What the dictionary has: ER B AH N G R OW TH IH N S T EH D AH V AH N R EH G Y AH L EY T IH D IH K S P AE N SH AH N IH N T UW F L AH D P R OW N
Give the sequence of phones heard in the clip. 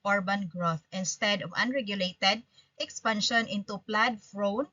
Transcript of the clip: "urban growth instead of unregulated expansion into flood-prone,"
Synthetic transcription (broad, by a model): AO B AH N G R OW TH IH N S T EH D AH V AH N R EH G Y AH L EY T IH D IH K S P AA N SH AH N IH N T UW P L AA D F R OW N